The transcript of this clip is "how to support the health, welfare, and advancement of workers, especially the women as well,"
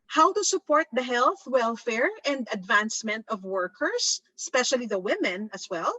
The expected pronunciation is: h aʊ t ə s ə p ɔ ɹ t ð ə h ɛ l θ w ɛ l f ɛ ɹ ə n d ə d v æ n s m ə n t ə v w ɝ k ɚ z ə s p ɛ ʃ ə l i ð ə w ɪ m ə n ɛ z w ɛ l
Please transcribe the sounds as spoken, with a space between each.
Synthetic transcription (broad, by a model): h aʊ t ə s ə p ɔ ɹ t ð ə h ɛ l θ w ɛ l f ɛ ɹ ə n d ə d v æ n s m ə n t ə v w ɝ k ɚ s ə s p ɛ ʃ ə l i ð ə w ɪ m ə n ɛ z w ɛ l